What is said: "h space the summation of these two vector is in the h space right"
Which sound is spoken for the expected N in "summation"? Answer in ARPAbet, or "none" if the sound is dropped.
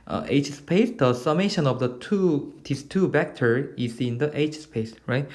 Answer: N